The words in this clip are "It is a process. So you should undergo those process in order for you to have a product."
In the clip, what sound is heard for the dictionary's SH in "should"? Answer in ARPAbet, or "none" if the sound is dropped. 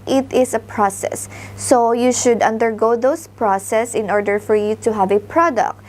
SH